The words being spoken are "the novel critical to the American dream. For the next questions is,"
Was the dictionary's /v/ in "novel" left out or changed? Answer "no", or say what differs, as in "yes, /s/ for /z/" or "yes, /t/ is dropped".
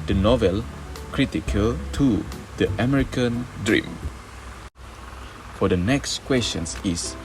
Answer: no